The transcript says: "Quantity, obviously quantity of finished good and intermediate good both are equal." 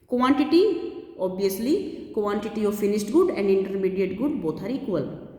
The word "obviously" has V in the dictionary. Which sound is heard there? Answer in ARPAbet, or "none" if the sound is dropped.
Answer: none